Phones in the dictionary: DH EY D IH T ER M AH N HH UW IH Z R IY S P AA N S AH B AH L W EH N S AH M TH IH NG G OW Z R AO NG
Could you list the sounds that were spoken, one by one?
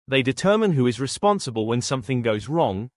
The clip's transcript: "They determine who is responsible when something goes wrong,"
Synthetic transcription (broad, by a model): DH EY D IH T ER M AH N HH UW IH Z R IY S P AA N S AH B AH L W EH N S AH M TH IH NG G OW Z R AO NG